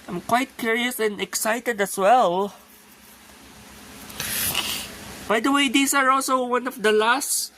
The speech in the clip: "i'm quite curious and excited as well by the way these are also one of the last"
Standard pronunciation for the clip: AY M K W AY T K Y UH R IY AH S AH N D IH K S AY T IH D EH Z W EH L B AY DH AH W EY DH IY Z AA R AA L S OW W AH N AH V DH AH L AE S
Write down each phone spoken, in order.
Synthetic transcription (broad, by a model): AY M K W AY T K Y UH R IY AH S AH N D IH K S AY T IH D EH S W EH L B AY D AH W EY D IY S AA R AA L S OW W AH N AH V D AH L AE S